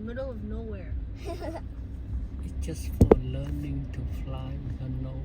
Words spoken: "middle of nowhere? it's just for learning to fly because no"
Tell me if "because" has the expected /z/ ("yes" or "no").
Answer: no